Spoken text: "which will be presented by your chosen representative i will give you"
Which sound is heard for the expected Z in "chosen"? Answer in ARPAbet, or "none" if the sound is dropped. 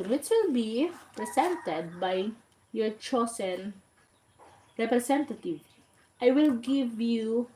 S